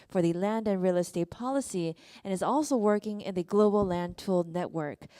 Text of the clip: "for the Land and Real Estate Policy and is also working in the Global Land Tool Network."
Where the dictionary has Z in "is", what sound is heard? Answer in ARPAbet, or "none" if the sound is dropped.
Z